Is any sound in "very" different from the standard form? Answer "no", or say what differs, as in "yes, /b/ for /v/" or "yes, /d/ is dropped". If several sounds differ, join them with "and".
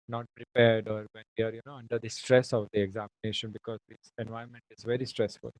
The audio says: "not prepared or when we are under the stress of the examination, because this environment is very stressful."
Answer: no